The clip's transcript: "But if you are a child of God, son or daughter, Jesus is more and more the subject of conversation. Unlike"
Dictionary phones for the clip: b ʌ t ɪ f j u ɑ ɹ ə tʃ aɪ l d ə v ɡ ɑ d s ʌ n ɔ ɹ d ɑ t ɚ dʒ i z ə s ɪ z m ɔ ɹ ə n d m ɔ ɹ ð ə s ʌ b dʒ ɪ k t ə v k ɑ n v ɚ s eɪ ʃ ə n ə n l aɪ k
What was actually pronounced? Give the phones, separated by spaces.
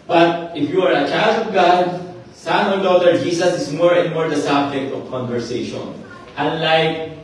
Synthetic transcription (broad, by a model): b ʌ t ɪ f j u ɑ ɹ ə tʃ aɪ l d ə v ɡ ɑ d s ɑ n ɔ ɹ d ɑ t ɚ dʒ i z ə s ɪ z m ɔ ɹ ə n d m ɔ ɹ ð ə s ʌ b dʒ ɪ k t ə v k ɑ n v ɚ s eɪ ʃ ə n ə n l aɪ k